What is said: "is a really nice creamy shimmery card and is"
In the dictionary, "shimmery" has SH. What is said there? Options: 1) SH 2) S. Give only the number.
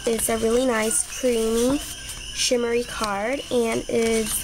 1